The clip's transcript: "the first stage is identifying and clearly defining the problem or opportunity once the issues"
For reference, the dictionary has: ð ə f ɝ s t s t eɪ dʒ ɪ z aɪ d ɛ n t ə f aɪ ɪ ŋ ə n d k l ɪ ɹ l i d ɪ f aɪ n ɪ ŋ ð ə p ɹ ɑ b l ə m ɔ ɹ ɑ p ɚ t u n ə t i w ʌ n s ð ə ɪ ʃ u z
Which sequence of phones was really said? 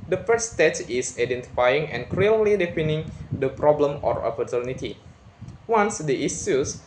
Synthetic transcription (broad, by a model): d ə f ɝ t s t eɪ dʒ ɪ s aɪ d ɛ n t ə f aɪ ɪ ŋ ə n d k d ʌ l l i d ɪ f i n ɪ ŋ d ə p ɹ ɑ b l ə m ɔ ɹ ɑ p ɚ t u n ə t i w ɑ n s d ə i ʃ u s